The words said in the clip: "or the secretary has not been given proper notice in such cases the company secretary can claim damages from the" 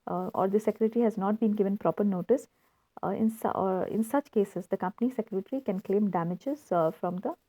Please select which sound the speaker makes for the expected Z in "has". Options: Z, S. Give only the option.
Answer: Z